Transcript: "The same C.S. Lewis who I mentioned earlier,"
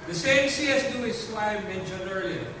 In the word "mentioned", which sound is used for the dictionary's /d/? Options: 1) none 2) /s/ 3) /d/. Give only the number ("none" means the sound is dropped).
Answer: 1